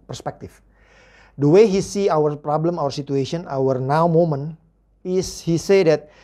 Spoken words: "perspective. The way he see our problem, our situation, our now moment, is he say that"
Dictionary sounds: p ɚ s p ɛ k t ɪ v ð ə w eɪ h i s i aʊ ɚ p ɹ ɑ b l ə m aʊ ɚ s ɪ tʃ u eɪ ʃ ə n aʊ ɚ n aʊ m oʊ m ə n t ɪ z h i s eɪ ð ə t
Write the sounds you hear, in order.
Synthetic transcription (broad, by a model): p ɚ s p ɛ k t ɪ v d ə w eɪ h i s i aʊ ɚ p ɹ ɑ b l ə m aʊ ɚ s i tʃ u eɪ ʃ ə n aʊ ɚ n aʊ m oʊ m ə n ɪ s h i s eɪ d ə t